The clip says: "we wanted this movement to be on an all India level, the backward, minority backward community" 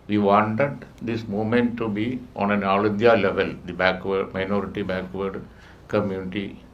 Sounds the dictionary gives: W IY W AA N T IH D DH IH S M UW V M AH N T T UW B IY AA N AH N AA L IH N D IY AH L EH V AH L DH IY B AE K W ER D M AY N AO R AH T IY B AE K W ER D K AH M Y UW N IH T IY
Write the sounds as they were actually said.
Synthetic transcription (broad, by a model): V IY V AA N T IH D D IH S M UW M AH N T T UW B IY AA N AH N AA L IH N D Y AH L EH V AH L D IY B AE K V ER D M AY N AO R AH T IY B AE K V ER D K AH M Y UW N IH T IY